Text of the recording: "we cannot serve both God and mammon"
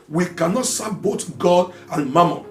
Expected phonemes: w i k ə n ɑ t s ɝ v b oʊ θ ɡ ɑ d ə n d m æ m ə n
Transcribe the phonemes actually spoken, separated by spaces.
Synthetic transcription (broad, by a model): w i k ə n ɑ t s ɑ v b oʊ t ɡ ɑ d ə n m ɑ m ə